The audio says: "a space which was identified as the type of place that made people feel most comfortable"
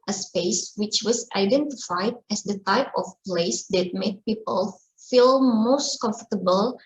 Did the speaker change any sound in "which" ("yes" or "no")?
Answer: no